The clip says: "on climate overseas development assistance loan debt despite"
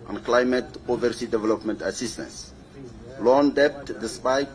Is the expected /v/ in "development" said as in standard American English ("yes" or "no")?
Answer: yes